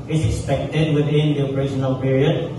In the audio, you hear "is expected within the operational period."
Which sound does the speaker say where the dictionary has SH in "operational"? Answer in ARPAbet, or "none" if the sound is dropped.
S